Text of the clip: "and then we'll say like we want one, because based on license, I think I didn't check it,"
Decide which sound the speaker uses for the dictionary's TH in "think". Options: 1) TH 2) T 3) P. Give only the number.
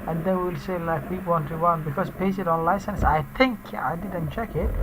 2